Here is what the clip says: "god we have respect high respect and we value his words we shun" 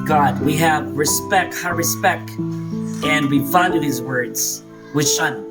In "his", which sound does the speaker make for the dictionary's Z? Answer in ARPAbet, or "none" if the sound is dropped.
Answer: Z